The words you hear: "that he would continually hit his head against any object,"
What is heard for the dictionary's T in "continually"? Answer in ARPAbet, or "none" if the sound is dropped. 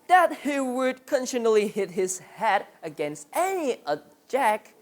S